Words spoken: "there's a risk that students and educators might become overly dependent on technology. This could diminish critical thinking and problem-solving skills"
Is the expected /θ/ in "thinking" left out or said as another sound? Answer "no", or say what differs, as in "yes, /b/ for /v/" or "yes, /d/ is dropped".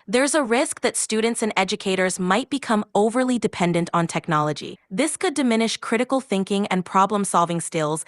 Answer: no